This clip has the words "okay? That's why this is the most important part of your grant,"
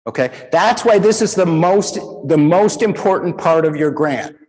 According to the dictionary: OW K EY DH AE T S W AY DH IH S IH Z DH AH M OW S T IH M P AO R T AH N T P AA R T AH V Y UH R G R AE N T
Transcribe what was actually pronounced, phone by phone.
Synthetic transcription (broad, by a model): OW K EY DH AE T S W AY DH IH S IH Z DH AH M OW S T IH M AO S T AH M T P AA R T AH V Y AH R G R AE N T